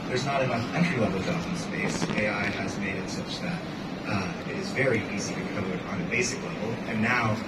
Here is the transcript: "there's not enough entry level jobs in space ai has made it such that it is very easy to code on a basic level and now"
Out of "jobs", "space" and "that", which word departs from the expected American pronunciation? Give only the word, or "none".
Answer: jobs